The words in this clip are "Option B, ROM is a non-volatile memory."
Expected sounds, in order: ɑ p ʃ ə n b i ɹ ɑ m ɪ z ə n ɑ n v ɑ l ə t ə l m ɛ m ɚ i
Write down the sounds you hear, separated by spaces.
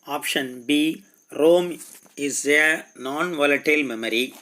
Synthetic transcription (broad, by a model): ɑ p ʃ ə n b i ɹ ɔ m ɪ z ə n ɑ n v ɑ l ə t ə l m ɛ m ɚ i